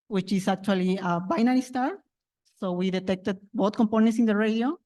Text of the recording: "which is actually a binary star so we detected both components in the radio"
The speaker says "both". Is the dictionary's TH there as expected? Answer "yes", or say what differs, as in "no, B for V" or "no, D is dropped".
no, T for TH